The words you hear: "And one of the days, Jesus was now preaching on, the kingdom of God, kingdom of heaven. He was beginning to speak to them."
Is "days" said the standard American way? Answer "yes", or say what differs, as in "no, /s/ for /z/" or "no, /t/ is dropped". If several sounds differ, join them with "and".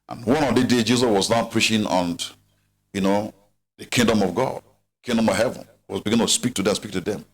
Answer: no, /z/ is dropped